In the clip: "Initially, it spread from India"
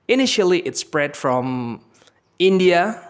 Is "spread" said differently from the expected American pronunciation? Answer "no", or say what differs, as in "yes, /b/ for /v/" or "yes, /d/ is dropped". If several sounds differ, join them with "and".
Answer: no